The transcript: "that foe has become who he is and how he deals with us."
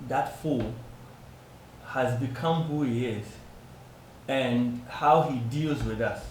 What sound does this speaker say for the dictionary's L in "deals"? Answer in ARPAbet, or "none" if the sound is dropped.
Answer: L